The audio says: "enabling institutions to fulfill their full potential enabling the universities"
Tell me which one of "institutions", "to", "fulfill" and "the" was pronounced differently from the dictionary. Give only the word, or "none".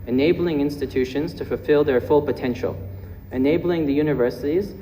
none